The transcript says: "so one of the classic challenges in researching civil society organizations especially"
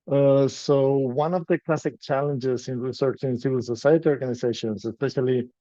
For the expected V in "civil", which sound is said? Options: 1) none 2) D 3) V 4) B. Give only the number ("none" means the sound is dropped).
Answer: 3